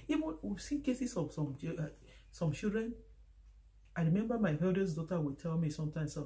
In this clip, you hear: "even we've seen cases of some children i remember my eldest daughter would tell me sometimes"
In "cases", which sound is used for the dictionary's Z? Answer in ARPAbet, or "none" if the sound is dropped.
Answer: S